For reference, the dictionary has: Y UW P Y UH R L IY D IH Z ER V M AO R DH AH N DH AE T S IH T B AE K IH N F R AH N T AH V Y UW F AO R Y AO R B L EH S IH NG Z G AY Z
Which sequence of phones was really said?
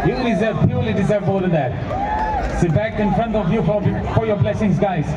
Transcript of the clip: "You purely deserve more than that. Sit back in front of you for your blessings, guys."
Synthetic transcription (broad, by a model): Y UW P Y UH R L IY D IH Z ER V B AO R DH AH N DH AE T S IH T B AE K IH N F R AH N T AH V Y UW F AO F Y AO B L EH S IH NG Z G AY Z